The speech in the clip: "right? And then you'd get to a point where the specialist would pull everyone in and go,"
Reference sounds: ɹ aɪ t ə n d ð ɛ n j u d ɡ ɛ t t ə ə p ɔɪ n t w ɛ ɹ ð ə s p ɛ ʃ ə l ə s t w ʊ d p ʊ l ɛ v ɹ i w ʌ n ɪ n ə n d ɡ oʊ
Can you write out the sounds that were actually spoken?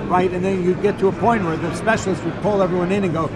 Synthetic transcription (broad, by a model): ɹ aɪ t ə n ð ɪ n j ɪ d ɡ ɛ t t ə ə p ɔɪ n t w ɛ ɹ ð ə s p ɛ ʃ l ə s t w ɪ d p ʊ l ɛ v ɹ i w ʌ n ɪ n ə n ɡ oʊ